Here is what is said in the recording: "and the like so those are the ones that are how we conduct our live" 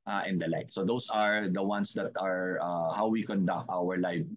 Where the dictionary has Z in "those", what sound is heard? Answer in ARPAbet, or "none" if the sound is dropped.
S